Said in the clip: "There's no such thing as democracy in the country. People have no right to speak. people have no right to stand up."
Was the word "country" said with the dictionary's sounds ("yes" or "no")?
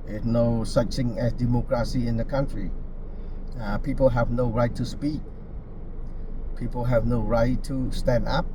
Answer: yes